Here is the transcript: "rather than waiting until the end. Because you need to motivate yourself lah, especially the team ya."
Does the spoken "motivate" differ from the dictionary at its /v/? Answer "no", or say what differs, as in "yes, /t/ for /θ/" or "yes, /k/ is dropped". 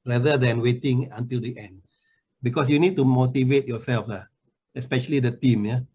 no